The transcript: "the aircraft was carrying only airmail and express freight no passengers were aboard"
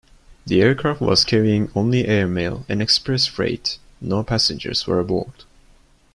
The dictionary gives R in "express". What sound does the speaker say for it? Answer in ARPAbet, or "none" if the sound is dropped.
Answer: R